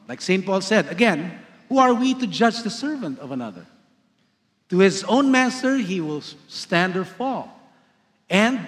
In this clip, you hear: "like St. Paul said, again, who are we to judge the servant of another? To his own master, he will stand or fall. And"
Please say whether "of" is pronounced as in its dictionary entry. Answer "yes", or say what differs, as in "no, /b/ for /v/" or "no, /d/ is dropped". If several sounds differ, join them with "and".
yes